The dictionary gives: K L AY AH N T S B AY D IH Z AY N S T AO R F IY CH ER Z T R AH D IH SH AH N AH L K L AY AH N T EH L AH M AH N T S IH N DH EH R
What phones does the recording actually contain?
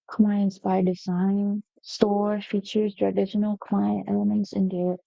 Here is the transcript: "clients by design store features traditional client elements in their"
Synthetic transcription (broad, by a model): K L AY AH N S B AY D IH Z AY N S T AO R F IY CH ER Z T R AH D IH SH AH N AH L K L AY AH N T EH L AH M AH N T S IH N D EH